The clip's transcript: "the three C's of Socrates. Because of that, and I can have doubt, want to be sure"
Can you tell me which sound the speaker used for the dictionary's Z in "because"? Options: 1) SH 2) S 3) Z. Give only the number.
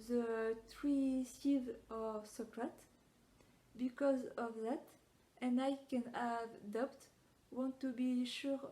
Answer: 3